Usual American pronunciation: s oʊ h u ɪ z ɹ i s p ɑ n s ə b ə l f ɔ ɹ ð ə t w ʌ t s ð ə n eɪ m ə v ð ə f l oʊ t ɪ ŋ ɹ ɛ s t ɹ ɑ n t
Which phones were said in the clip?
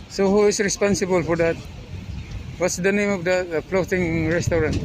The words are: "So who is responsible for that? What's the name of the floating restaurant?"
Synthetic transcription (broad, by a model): s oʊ h u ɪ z ɹ i s p ɑ n s ə b ə l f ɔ ɹ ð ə t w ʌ t s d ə n eɪ m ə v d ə p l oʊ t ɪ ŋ ɹ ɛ s t ɹ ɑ n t